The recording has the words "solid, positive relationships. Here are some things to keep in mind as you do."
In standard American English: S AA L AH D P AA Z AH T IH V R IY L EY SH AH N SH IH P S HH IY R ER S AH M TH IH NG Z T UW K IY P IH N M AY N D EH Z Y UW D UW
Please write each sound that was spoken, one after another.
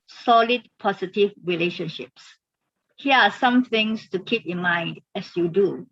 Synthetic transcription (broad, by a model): S AA L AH D P AA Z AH T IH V R IY L EY SH AH N SH IH P S HH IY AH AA S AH M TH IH NG S T UW K IY P IH N M AY N D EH S Y UW D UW